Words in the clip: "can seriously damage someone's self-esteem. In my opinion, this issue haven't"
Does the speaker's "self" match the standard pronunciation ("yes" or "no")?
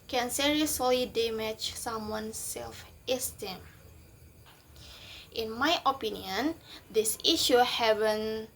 yes